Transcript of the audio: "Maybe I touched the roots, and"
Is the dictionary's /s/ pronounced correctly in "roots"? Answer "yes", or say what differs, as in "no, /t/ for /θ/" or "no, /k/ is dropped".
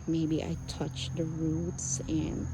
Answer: yes